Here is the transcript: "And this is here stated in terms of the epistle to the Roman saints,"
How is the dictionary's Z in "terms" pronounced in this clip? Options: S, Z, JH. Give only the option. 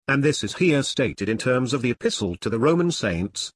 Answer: Z